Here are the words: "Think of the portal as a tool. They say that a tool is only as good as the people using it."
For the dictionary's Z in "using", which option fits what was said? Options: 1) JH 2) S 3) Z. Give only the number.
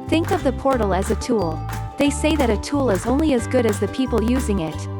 3